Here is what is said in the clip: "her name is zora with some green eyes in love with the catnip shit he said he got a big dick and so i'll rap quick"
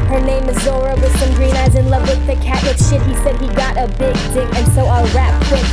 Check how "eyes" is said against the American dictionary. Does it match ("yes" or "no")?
yes